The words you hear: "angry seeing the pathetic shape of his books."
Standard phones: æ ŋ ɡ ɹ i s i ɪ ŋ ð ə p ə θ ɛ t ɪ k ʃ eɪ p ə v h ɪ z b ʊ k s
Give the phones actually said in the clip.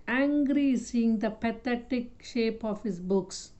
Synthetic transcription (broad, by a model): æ ŋ ɡ ɹ i s i ɪ ŋ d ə p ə t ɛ t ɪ k ʃ eɪ p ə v h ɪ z b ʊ k s